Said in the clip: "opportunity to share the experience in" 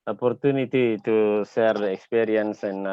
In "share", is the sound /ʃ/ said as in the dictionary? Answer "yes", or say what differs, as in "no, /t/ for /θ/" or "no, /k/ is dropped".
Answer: no, /s/ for /ʃ/